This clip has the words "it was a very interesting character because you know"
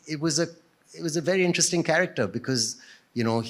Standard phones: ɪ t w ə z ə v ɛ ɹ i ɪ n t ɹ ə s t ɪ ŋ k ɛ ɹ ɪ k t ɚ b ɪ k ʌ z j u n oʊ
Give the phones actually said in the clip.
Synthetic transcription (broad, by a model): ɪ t w ə z ə v ɛ ɹ i ɪ n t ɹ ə s t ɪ ŋ k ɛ ɹ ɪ k t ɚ b ɪ k ʌ z j u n oʊ